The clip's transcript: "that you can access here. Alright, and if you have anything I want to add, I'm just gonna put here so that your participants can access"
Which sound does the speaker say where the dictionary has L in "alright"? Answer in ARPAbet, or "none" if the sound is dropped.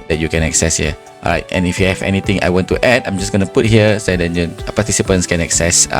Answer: none